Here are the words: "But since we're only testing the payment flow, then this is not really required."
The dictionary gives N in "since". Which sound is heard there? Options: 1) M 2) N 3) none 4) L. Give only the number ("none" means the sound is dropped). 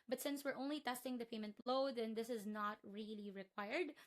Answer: 2